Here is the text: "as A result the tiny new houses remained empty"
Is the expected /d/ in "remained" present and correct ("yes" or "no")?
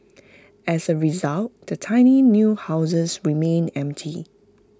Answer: no